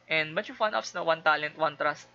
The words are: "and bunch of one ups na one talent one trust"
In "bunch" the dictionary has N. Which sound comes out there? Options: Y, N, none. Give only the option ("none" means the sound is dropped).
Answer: none